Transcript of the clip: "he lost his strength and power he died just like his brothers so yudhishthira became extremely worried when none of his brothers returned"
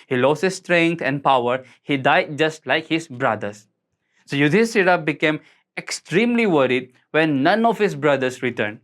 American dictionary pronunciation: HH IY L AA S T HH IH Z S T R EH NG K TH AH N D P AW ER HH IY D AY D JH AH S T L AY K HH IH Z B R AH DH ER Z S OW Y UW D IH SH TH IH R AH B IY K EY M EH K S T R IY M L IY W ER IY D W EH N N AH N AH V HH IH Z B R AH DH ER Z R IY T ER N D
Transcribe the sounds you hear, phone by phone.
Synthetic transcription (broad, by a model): HH IY L AA S T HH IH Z S T R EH NG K T AH N D P AW ER HH IY D AY D JH AH S T L AY K HH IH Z B R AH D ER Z S OW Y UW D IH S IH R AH B IY K EY M EH K S T R IY M L IY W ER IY D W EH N N AH N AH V HH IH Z B R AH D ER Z R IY T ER N D